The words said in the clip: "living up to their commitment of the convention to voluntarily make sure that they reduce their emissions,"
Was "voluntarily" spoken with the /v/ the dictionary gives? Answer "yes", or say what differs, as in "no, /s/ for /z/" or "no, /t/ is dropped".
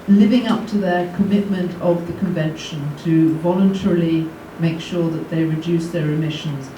yes